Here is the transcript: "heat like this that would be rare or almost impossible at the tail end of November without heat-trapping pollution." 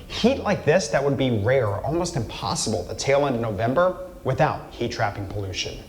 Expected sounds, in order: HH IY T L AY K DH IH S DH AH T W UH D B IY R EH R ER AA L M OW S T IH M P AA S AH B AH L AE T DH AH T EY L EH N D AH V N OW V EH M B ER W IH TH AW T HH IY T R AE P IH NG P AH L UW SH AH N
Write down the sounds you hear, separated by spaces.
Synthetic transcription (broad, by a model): HH IY T L AY K DH IH S DH AH T W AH D B IY R EH R AA L M OW S T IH M P AA S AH B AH L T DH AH T EY L EH N D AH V N OW V EH M B ER W IH TH AW T HH IY T R AE P IH NG P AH L UW SH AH N